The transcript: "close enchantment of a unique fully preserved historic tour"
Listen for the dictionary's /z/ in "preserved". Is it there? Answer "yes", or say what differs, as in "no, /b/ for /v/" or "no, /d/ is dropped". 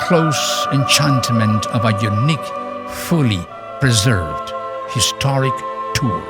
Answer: yes